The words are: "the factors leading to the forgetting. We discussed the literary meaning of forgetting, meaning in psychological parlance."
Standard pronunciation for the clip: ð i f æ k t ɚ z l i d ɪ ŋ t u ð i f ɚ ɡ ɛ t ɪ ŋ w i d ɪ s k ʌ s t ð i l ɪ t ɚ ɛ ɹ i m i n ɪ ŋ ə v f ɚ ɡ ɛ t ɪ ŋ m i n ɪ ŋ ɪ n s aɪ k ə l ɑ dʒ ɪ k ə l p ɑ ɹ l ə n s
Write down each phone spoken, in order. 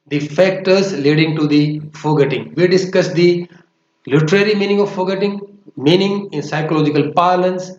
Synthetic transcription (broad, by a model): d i f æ k t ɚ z l i d ɪ ŋ t u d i f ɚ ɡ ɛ t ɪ ŋ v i d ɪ s k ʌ s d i l ɪ t ɚ ɛ ɹ i m i n ɪ ŋ ə v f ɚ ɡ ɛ t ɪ ŋ m i n ɪ ŋ ɪ n s aɪ k ə l ɑ dʒ ɪ k ə l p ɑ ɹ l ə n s